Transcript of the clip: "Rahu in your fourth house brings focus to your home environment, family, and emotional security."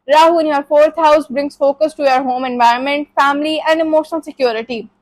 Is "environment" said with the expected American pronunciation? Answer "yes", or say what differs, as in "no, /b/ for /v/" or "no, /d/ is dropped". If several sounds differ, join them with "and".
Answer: yes